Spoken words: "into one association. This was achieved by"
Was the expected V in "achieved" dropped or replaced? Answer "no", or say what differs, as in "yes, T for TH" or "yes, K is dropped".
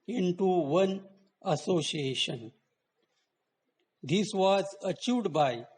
yes, V is dropped